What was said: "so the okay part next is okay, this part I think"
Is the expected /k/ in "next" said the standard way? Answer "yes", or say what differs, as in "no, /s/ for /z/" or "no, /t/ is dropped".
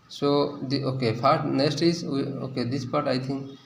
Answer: no, /k/ is dropped